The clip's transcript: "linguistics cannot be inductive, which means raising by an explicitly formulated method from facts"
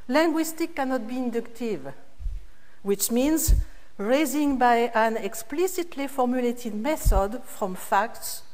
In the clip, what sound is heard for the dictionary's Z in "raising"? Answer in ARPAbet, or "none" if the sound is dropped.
Z